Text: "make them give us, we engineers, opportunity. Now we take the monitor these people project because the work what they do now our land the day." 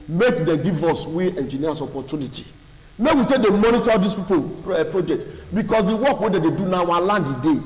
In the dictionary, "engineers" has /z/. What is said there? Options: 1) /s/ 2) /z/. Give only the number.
1